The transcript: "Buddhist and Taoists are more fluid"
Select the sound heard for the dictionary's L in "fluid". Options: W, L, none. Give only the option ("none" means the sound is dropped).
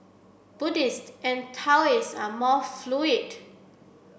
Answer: L